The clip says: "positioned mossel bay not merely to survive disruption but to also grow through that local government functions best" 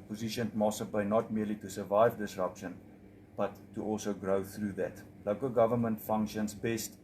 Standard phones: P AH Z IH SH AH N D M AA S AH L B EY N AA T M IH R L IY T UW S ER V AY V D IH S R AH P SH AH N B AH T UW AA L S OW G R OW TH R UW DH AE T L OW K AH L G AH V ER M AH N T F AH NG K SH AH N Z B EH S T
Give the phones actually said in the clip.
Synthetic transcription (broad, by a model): P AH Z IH SH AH N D M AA S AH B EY N AA T M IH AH L IY T UW S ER V AY V D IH S R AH P SH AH N B AH T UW AA L S OW G R OW TH R UW DH AE T L OW K AH L G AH V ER M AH N T F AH NG K SH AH N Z B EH S T